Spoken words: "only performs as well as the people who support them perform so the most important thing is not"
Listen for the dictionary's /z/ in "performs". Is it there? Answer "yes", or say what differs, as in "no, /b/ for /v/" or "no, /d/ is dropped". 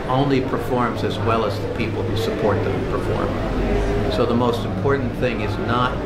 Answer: yes